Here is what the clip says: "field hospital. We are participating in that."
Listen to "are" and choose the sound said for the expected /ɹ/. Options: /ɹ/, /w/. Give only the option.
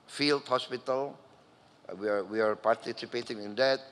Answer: /w/